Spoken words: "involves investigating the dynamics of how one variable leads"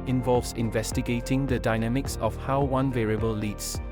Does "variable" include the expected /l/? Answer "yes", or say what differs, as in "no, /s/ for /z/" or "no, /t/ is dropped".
yes